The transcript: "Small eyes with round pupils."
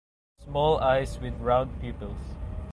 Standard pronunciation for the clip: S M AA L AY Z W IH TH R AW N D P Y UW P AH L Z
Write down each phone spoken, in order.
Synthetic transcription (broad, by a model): S M AA L AY S W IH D R AW N D P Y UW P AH L S